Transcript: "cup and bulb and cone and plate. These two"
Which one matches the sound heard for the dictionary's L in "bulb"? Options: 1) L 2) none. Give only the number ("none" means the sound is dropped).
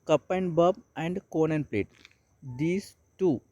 2